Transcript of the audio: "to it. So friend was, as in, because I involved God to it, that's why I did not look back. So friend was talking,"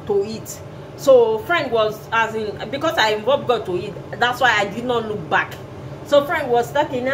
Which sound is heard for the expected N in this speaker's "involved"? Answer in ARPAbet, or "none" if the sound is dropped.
none